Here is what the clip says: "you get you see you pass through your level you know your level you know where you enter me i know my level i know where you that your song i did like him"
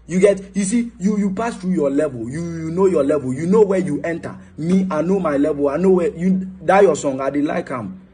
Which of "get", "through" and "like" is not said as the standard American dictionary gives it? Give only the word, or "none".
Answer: through